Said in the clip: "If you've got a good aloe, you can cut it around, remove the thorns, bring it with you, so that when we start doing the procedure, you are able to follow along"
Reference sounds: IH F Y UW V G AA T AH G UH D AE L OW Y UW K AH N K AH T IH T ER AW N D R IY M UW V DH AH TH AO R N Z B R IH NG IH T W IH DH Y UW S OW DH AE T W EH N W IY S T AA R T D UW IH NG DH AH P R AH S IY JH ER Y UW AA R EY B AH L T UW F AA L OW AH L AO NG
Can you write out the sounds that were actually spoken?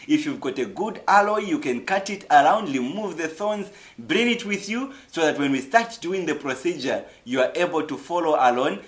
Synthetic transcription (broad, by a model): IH F Y UW V G AA T AH G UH D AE L OW Y UW K AH N K AH T IH T ER AW N D L IY M UW V DH AH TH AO N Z B R IH NG IH T W IH DH Y UW S OW DH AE T W EH N W IY S T AA R T D UW IH NG DH AH P R AH S IY JH ER Y UW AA R EY B AH L T UW F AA L OW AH L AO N